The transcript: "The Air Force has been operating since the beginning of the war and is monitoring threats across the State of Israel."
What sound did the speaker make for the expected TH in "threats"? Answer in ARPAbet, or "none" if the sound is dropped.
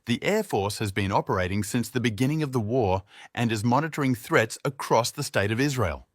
TH